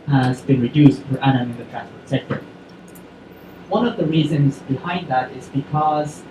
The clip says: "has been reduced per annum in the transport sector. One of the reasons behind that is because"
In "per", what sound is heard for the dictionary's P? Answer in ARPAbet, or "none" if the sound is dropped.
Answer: F